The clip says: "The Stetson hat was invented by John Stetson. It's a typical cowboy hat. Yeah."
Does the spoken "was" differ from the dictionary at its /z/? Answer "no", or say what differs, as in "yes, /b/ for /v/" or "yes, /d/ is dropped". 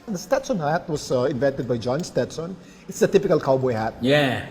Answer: yes, /s/ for /z/